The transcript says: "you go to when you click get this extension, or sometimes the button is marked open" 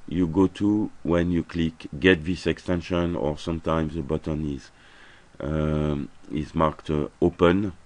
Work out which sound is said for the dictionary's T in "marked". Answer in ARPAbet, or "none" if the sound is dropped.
T